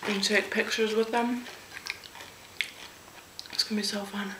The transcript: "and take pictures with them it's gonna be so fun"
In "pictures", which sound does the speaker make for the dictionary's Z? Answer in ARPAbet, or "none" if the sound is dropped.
Z